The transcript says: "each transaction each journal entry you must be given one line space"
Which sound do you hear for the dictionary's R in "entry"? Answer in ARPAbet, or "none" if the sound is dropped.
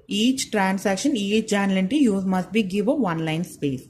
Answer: none